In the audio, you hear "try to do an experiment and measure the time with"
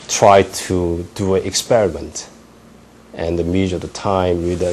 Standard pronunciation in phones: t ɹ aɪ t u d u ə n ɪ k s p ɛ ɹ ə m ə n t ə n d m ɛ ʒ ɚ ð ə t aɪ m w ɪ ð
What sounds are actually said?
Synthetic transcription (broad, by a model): t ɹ aɪ t u d u ə n ɪ k s p ɛ ɹ ə m ə n t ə n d m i z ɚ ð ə t aɪ m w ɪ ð